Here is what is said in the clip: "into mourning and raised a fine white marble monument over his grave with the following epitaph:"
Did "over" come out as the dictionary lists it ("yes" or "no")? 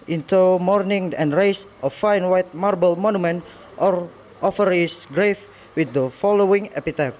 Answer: no